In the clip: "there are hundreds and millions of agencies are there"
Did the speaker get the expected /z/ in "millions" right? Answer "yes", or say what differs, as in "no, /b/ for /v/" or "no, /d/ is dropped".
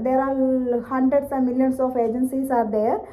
no, /s/ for /z/